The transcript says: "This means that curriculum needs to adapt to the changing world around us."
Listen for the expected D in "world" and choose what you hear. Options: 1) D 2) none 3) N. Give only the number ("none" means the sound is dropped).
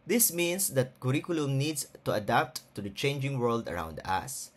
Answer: 1